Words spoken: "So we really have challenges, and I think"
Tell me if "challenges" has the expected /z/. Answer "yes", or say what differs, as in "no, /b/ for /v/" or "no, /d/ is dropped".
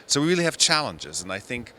yes